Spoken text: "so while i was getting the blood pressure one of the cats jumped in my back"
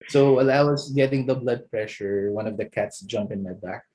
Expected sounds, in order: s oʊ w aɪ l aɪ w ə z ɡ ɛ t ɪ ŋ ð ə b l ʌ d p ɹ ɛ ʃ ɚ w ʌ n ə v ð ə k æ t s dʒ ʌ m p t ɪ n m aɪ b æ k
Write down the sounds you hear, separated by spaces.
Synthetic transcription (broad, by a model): s oʊ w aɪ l aɪ w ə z ɡ ɛ t ɪ ŋ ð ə b l ʌ d p ɹ ɛ ʃ ɚ w ʌ n ə v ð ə k æ t s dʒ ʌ m p ɪ n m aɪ b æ k